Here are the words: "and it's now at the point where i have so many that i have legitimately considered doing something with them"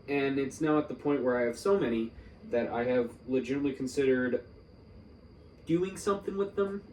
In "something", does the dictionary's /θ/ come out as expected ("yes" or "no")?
yes